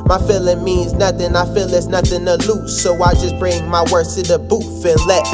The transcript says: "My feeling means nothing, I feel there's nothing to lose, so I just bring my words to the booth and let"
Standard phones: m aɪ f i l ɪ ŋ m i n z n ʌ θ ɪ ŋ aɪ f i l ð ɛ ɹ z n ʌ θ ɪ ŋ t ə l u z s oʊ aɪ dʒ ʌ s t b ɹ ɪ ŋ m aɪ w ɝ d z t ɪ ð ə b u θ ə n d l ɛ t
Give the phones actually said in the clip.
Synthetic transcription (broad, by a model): m aɪ f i l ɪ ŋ m i n z n ʌ θ ɪ ŋ aɪ f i l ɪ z n ʌ θ ɪ ŋ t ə l u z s oʊ aɪ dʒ ʌ s b ɹ ɪ ŋ m aɪ w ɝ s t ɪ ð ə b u f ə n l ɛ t